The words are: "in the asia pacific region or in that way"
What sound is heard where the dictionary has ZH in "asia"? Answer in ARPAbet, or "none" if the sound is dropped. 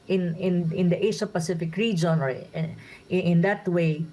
SH